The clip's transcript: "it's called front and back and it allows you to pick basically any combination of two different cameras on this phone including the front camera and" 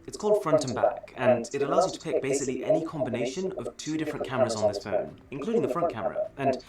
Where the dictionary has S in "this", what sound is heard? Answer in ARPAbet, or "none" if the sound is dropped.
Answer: S